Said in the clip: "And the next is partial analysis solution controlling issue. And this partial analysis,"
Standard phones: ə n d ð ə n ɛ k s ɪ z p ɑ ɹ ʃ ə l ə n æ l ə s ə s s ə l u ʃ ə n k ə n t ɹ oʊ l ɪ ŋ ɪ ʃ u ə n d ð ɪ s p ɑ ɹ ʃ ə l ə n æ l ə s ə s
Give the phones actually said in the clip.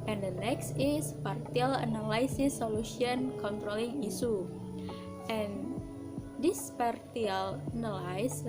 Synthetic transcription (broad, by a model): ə n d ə n ɛ k s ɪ s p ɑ ɹ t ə l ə n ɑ l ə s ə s s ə l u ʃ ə n k ə n t ɹ oʊ l ɪ ŋ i s u ə n d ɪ s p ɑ ɹ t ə l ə n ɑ l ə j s